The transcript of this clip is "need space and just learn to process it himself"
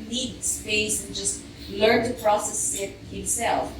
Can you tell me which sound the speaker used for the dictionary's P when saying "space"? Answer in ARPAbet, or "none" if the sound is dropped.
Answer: F